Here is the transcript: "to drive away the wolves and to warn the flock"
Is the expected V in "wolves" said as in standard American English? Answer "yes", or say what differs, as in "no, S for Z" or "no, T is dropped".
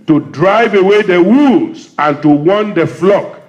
no, V is dropped